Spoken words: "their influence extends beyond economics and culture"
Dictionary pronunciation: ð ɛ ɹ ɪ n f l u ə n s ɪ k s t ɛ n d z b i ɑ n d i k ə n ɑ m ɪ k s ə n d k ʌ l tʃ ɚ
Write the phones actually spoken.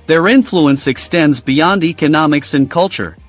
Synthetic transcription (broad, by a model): ð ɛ ɹ ɪ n f l u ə n s ɪ k s t ɛ n d z b i ɑ n d i k ə n ɑ m ɪ k s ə n k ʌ l tʃ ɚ